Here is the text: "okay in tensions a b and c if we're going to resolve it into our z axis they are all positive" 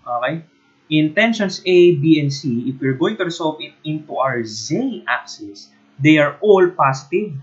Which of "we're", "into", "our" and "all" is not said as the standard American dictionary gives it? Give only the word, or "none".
none